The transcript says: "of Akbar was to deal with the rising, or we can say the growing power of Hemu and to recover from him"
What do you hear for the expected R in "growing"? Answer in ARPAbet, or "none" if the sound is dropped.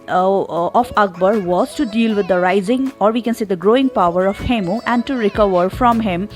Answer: R